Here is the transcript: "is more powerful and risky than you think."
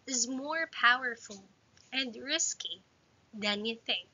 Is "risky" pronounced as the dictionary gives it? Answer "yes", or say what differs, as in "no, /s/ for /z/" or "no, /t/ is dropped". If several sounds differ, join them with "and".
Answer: yes